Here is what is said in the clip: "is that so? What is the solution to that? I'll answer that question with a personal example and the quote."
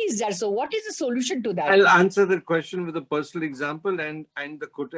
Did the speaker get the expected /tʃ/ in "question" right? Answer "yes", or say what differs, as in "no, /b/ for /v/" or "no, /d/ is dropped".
yes